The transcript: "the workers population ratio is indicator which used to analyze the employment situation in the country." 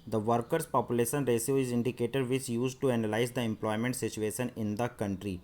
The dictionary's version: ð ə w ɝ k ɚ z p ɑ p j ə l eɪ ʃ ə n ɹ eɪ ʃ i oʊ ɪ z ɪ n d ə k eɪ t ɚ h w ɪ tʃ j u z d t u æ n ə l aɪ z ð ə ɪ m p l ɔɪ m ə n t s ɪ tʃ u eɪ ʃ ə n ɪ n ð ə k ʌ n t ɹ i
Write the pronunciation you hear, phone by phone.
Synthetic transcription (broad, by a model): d ə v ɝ k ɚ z p ɑ p j ə l eɪ ʃ ə n ɹ eɪ s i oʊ ɪ z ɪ n d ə k eɪ t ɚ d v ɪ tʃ j u z d t u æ n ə l aɪ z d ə ɪ m p l ɔɪ m ə n t s ɪ tʃ u eɪ ʃ ə n ɪ n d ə k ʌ n t ɹ i